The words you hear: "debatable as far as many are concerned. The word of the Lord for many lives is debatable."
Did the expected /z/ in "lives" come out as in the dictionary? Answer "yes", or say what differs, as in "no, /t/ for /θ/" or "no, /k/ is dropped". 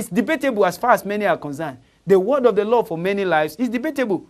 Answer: no, /s/ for /z/